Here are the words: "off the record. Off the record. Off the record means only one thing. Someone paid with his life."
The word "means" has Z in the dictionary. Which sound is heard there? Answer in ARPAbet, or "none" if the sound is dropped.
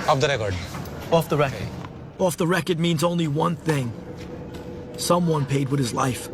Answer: Z